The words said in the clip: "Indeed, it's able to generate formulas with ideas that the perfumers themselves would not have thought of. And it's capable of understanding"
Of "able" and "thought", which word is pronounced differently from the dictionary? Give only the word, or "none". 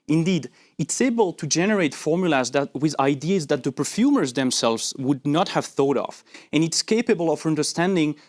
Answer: none